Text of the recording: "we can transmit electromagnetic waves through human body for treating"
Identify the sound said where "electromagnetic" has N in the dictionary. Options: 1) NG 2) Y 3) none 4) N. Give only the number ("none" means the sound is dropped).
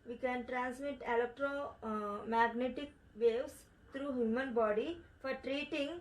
4